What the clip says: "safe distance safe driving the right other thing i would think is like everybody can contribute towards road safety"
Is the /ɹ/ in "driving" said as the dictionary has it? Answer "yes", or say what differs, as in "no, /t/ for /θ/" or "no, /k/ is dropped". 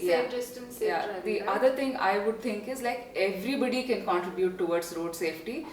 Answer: no, /ɹ/ is dropped